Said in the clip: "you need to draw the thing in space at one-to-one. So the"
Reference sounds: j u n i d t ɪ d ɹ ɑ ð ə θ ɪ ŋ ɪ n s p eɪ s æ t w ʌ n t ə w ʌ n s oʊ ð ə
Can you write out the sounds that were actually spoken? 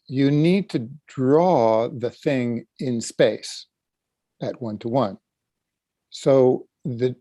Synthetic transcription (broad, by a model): j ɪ n i d t ɪ d ɹ ɑ ð ə θ ɪ ŋ ɪ n s p eɪ s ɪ t w ʌ n t ə w ʌ n s oʊ ð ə